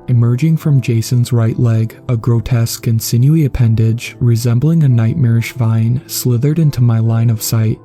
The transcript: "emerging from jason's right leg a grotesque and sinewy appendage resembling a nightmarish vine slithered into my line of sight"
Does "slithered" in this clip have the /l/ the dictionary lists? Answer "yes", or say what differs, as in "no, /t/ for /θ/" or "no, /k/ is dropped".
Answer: yes